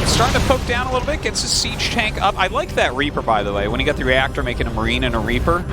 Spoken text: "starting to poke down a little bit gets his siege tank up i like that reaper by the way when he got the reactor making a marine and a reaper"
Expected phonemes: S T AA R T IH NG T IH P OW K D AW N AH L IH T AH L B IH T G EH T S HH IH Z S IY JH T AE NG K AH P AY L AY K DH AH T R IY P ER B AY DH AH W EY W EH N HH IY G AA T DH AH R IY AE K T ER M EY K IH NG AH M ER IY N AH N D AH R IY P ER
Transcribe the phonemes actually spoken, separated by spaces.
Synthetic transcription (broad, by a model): S T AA R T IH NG T IH P OW K D AW N AH L IH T L B IH T G EH T S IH S IY JH T AE NG K AH P AY L AY K DH AH T R IY P ER B AY DH AH W EY W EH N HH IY G AA T DH AH R IY AE K T ER M EY K IH NG AH M ER IY N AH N AH R IY P ER